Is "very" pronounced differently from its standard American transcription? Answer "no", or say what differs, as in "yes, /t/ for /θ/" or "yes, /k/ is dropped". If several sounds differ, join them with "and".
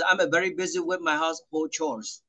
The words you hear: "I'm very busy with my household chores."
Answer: no